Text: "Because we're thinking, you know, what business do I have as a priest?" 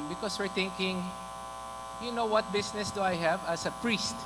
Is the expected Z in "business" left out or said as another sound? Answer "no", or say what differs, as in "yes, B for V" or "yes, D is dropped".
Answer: yes, S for Z